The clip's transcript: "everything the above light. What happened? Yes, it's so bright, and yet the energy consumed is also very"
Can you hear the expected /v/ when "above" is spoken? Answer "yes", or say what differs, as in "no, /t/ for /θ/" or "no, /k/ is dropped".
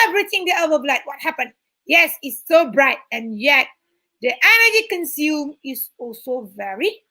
no, /b/ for /v/